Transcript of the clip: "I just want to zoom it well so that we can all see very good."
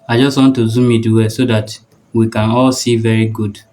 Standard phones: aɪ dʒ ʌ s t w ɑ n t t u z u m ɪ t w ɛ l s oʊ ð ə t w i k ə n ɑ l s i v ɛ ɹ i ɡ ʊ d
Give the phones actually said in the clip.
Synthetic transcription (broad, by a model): aɪ dʒ ʌ s t w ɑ n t t u z u m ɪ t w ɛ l s oʊ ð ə t w i k ə n ɑ l s i v ɛ ɹ i ɡ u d